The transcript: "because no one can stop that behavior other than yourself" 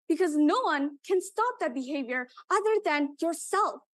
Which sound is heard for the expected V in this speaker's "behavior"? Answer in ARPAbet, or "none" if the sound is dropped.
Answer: V